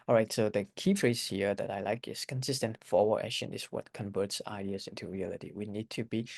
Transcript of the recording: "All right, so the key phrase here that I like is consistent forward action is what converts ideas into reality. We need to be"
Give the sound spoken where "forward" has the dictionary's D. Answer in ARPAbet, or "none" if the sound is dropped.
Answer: none